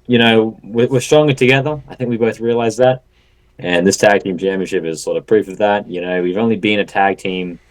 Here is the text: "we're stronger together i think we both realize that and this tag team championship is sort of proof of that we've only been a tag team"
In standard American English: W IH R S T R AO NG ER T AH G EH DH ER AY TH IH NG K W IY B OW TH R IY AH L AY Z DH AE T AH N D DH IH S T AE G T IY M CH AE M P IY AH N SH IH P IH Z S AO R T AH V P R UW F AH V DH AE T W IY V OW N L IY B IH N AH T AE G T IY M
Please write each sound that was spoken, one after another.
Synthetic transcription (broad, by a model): W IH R S T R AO NG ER T AH G EH DH ER AY TH IH NG K W IY B OW TH R IY AH L AY Z DH AE T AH N DH IH S T AE G T IY M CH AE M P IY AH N SH IH P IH Z S AO R T AH V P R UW F AH V DH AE T W IY V OW N L IY B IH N AH T AE G T IY M